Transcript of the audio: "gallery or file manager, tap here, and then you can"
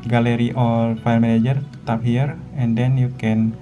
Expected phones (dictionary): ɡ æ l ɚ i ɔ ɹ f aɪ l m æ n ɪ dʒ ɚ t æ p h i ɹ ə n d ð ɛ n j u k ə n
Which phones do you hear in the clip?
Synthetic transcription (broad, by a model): ɡ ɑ l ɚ i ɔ l f aɪ l m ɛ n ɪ dʒ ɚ t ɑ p h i ɹ ə n d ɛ n j u k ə n